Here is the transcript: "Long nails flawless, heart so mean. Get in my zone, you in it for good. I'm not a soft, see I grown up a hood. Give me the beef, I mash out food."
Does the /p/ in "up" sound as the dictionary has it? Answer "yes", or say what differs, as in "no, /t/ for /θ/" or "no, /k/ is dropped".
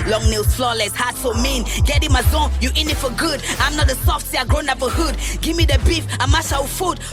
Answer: no, /b/ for /p/